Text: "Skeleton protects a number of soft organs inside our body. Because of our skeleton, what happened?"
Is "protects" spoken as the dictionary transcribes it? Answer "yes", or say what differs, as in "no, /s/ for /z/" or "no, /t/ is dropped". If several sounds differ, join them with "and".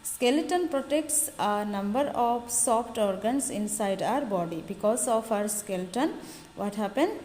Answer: yes